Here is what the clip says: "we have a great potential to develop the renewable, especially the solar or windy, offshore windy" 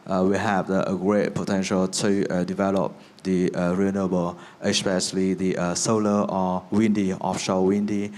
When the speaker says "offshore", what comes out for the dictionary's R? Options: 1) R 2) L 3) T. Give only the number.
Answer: 2